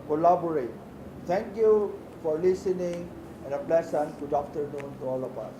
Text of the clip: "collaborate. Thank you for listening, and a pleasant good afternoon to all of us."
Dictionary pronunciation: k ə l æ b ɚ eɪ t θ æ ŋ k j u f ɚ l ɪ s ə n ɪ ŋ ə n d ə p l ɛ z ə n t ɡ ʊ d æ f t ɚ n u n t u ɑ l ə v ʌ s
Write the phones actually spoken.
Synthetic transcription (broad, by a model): k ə l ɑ b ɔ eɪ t t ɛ ŋ k j u f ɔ l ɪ s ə n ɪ ŋ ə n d ə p l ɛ s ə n ɡ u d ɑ f t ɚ n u n t u ɑ l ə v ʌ s